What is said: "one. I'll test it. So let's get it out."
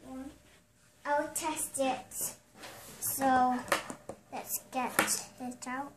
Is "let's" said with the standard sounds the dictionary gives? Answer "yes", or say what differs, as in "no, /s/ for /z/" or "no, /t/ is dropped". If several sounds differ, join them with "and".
yes